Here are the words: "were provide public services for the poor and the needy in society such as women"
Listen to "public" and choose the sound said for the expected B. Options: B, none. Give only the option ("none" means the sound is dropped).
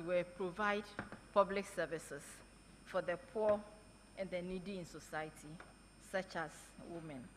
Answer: B